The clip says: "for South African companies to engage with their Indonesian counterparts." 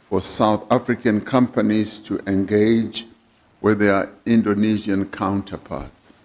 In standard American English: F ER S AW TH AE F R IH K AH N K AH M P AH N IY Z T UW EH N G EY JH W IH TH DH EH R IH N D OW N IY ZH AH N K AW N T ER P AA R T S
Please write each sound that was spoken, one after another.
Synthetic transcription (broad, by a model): F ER S AW TH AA F R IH K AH N K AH M P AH N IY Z T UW EH N G EY JH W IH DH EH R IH N D OW N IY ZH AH N K AW N T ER P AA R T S